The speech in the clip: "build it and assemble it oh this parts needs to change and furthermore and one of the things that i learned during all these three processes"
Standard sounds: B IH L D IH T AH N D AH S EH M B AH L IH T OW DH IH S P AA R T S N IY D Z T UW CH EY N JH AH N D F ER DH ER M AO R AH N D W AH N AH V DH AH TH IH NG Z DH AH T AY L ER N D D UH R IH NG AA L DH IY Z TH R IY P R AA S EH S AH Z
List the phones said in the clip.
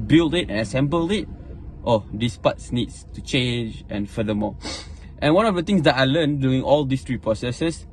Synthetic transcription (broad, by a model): B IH L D IH T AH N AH S EH M B AH L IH T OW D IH S P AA T S N IY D S T UW CH EY N JH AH N F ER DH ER M AO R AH N W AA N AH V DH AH T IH NG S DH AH T AY L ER N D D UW IH NG AA L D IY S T R IY P R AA S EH S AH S